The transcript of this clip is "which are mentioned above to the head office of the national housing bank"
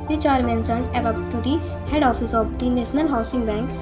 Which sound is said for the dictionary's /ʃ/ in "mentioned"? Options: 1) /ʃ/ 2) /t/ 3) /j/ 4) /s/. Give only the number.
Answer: 4